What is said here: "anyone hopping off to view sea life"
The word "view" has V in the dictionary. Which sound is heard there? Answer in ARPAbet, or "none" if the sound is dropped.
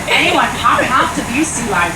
B